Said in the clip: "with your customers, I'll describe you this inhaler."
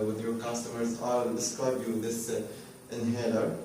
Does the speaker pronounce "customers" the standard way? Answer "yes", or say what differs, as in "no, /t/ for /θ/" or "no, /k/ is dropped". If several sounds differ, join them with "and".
yes